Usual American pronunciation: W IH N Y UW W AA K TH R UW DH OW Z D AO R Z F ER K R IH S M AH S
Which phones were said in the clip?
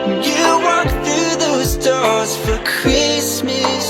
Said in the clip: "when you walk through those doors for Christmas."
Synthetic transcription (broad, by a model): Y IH W AA K TH R UW DH OW Z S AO R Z F ER K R IH S M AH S